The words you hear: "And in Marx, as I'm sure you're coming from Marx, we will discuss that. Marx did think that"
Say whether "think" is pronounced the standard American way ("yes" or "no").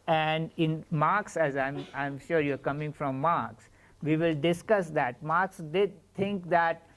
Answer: no